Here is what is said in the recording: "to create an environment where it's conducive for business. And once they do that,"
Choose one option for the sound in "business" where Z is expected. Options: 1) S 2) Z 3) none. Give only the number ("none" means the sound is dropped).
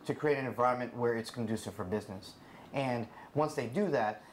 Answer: 2